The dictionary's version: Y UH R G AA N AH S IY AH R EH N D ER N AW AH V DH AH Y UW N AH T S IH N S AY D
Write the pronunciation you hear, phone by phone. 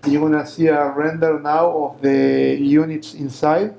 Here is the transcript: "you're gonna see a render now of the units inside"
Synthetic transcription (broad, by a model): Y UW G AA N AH S IY AH R EH N D ER N AW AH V DH AH Y UW N AH T S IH N S AY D